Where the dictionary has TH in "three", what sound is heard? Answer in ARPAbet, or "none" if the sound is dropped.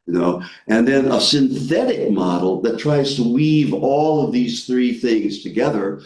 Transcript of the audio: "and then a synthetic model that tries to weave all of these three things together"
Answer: TH